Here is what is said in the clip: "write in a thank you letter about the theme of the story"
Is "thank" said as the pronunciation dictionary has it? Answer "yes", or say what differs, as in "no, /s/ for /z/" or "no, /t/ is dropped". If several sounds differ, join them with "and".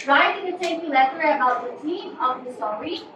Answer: no, /t/ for /θ/